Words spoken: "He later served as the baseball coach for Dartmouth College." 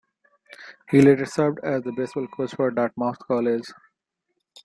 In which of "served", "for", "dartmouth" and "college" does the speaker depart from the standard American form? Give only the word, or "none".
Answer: dartmouth